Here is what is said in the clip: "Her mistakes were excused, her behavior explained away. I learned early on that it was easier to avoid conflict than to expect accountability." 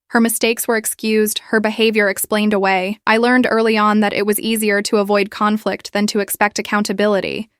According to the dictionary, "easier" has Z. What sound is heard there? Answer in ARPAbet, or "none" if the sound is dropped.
Z